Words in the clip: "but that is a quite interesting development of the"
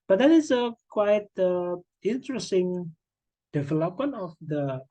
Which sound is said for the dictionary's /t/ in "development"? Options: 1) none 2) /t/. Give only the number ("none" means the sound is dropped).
1